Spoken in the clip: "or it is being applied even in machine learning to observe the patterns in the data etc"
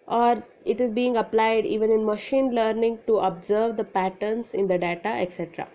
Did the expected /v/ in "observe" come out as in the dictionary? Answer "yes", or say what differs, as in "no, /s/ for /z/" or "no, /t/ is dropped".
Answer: yes